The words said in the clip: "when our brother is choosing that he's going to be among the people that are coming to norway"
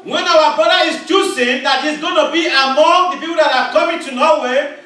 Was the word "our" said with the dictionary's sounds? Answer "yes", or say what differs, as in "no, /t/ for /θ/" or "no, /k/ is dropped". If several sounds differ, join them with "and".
no, /w/ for /ɹ/